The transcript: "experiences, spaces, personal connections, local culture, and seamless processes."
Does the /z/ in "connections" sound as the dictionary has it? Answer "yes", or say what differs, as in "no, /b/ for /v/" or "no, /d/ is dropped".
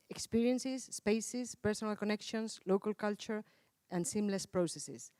no, /s/ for /z/